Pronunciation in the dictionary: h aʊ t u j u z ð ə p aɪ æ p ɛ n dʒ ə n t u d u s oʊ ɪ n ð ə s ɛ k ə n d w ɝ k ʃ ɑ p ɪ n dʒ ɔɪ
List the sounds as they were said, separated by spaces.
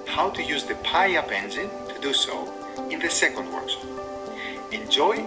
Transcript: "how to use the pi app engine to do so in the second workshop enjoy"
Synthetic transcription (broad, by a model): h aʊ t u j u z ð ə p aɪ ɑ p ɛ n z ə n t u d u s oʊ ɪ n ð ə s ɛ k ə n d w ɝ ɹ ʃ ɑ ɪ n dʒ ɔɪ